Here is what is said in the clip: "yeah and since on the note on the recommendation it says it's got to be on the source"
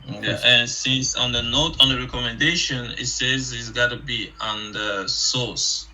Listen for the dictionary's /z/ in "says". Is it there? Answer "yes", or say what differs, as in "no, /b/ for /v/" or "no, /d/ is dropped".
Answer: yes